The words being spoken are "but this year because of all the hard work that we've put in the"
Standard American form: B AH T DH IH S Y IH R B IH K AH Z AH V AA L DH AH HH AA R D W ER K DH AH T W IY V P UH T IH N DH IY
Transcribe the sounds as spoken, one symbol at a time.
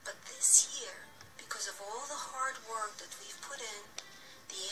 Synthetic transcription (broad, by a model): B AH T DH IH S Y IH R B IH K AH Z AH V AA L DH AH HH AA R D W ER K DH AH T W IY V P UH T IH N DH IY